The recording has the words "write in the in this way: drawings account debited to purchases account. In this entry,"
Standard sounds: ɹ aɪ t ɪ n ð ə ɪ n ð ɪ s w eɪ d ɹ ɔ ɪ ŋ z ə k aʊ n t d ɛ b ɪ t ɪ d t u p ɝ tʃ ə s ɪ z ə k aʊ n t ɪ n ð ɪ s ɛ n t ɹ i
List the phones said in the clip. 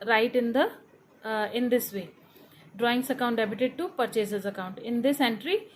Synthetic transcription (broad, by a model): ɹ aɪ t ɪ n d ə ɪ n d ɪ s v eɪ d ɹ ɔ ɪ ŋ s ə k aʊ n t d ɛ b ɪ t ɪ d t u p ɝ tʃ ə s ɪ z ə k aʊ n t ɪ n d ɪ s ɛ n t ɹ i